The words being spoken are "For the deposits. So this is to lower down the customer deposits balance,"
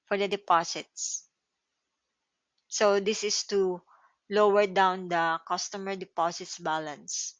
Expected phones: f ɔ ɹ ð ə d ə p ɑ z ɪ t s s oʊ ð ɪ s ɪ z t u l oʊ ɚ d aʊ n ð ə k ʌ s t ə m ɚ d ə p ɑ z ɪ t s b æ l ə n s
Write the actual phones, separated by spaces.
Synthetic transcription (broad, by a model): f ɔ ɹ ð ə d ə p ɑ s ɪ t s s oʊ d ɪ s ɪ s t u l oʊ ɚ d aʊ n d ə k ʌ s t ə m ɚ d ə p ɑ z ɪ t s b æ l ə n s